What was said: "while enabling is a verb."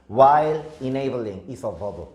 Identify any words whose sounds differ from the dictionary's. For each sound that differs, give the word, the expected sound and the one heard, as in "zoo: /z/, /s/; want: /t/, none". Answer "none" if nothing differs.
is: /z/, /s/